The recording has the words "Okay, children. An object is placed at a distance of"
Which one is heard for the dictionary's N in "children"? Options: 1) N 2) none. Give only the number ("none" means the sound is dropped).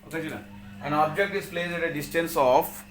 2